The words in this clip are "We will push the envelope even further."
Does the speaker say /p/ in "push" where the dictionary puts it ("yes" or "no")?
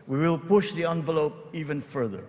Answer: yes